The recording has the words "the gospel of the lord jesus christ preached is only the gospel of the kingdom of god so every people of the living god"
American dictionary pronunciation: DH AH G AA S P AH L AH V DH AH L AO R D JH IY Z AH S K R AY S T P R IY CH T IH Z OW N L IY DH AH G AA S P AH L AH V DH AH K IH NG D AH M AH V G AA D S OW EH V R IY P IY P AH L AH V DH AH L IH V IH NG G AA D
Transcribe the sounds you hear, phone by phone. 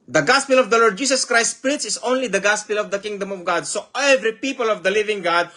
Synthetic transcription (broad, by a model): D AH G AA S P AH L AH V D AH L AO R D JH IY S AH S K R AY S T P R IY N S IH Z OW N L IY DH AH G AA S P AH L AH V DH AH K IH NG D AH M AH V G AA D S OW EH V R IY P IY P AH L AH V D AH L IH V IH NG G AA D